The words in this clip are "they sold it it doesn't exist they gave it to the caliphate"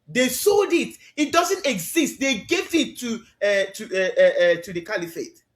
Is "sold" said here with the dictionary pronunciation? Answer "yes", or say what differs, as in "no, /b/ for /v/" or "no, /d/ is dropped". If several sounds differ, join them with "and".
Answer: yes